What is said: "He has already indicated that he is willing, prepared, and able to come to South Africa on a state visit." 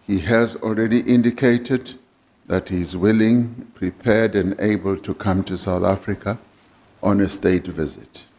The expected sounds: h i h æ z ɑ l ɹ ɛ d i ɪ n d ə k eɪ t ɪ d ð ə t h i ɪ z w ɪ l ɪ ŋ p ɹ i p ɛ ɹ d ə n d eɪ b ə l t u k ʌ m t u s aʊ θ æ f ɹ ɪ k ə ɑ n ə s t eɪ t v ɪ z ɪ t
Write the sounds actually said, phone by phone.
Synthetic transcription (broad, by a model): h i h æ z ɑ l ɹ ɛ d i ɪ n d ə k eɪ t ɪ d ð ə t h i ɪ z w ɪ l ɪ ŋ p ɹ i p ɛ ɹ d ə n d eɪ b ə l t u k ʌ m t u s aʊ θ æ f ɹ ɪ k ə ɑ n ə s t eɪ t v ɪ z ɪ t